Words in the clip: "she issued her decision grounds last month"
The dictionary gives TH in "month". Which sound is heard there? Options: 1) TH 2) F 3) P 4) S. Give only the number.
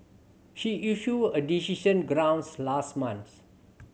4